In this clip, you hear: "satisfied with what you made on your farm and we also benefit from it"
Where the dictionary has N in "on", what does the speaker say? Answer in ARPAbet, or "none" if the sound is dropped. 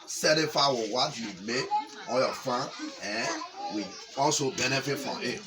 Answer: L